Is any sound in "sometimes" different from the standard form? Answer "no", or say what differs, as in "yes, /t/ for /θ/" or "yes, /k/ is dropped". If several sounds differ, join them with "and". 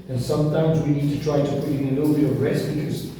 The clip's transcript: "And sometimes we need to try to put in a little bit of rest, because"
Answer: no